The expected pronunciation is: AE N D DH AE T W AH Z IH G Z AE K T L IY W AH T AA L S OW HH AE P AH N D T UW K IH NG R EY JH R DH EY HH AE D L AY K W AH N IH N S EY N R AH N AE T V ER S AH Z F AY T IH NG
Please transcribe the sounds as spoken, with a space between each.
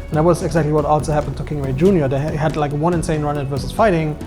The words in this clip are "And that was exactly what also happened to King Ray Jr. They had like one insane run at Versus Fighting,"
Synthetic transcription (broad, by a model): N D DH AE T W AH Z IH G Z AE K T L IY W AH T AA L S OW HH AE P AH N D T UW K IH NG W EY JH R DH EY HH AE D L AY K W AH N IH N S EY N R AH N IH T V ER S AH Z F AY T IH NG